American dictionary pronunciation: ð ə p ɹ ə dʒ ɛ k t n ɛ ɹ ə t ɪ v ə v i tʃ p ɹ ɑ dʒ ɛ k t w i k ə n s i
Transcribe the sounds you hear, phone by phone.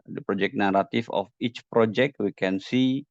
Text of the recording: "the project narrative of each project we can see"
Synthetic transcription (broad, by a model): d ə p ɹ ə dʒ ɛ k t n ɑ ɹ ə t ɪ f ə f i tʃ p ɹ ɑ dʒ ɛ k t w i k ə n s i